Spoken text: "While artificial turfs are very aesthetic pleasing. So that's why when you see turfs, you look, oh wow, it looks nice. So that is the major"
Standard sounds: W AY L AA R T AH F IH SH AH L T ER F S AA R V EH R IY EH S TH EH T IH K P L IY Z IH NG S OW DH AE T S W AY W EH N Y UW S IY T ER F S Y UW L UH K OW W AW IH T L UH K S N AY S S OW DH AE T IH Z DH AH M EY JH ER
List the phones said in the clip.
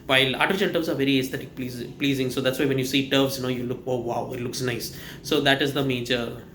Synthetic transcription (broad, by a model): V AY L AA R T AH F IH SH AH L T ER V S AA R V EH R IY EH S T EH T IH K P L IY Z IH NG S OW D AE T S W AY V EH N Y UW S IY T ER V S Y UW L UH K OW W AW IH T L UH K S N AY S S OW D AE T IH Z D AH M EY JH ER